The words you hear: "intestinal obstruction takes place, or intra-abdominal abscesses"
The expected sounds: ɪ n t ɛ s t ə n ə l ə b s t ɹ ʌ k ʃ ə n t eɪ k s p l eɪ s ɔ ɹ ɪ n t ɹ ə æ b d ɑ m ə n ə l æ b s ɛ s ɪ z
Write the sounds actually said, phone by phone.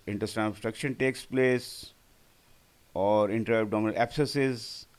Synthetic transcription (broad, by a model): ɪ n t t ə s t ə s t ɹ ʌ k ʃ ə n t eɪ k s p l eɪ s ɔ ɹ ɪ n t ɹ ə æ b d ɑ m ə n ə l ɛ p s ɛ s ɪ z